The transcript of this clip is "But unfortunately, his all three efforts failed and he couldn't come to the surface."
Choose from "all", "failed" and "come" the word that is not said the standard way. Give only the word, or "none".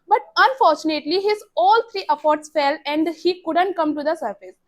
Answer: failed